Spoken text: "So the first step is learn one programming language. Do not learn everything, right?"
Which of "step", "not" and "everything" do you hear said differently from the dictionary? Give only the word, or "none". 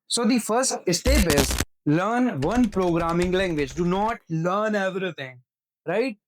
everything